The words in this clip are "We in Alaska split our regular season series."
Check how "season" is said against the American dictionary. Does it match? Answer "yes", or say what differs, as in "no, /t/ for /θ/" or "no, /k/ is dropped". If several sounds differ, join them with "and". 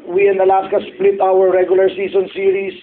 no, /s/ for /z/